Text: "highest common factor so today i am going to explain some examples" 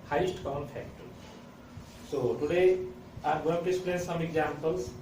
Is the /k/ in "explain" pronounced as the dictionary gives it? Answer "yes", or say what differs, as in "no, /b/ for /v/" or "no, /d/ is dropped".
no, /k/ is dropped